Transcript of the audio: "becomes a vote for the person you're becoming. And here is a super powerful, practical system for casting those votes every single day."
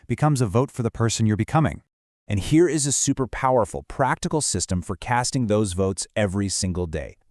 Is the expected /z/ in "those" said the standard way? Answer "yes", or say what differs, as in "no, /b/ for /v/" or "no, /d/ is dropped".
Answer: yes